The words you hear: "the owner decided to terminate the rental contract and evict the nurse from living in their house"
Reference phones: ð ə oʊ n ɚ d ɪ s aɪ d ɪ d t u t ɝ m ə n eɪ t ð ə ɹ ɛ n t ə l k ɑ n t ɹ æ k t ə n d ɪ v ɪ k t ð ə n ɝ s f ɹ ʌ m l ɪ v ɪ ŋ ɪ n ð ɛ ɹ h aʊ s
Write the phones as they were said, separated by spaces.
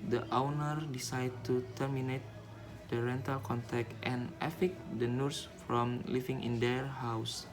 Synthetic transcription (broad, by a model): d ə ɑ n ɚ d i s aɪ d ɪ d t u t ɝ m ə n eɪ t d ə ɹ ɛ n t ə l k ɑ n t ɛ k t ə n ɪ f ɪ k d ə n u s f ɹ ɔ m l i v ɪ ŋ ɪ n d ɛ ɹ h aʊ s